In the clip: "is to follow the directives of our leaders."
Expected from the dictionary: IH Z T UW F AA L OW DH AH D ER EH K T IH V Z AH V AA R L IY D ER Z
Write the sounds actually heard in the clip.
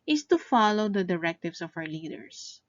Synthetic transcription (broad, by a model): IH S T UW F AA L OW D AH D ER EH K T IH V S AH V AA W L IY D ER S